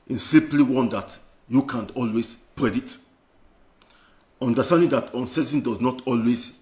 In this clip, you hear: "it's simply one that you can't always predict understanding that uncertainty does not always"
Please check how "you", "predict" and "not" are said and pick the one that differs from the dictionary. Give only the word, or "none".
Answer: predict